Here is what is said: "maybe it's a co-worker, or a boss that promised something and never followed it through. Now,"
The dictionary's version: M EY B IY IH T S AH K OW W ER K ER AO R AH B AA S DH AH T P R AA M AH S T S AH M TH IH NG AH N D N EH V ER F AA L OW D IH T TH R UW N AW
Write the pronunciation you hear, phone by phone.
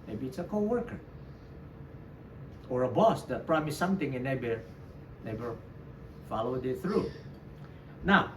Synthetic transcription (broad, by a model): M EY B IY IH T S AH K OW W ER K ER AO R AH B AA S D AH T P R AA M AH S S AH M T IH NG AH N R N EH B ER F AA L OW D IH T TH R UW N AW